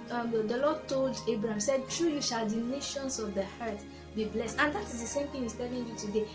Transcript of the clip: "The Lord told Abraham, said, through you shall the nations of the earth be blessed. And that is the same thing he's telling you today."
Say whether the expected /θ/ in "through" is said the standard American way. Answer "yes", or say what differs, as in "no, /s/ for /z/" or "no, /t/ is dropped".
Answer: no, /t/ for /θ/